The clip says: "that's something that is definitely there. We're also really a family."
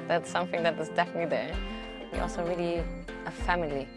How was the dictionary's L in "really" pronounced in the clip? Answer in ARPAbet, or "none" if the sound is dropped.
L